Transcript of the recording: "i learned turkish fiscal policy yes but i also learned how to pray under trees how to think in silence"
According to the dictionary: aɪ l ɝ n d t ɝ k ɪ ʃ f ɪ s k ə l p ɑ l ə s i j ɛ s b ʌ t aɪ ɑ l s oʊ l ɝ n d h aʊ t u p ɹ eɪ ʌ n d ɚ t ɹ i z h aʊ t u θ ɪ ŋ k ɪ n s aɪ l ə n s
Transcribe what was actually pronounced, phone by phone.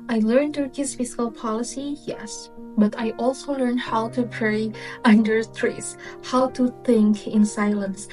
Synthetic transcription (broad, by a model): aɪ l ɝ n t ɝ k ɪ s f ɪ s k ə l p ɑ l ə s i j ɛ s b ʌ t aɪ ɑ l s oʊ l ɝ n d h aʊ t u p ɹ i ʌ n d ɚ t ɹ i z h aʊ t u θ ɪ ŋ k ɪ n s aɪ l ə n s